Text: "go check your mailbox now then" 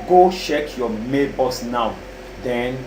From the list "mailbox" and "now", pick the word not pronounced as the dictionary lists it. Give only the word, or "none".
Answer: mailbox